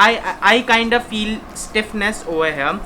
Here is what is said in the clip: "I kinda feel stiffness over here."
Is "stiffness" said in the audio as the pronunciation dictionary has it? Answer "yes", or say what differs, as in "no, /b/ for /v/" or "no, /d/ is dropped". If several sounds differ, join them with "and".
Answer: yes